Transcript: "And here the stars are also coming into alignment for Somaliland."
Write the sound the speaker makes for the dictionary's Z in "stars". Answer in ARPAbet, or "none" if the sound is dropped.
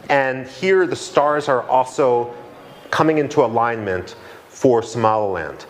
Z